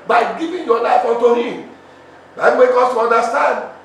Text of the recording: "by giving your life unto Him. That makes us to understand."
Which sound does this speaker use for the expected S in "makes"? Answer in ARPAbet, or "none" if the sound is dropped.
none